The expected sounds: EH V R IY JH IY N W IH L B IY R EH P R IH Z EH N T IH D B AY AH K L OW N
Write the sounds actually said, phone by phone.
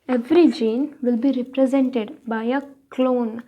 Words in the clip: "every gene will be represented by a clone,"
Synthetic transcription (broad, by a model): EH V R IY JH IY N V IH L B IY R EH P R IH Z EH N T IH D B AY AH K L OW N